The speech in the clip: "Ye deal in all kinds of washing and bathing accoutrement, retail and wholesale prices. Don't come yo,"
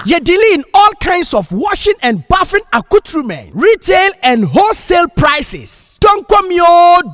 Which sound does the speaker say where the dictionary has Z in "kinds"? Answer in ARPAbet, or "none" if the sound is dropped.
S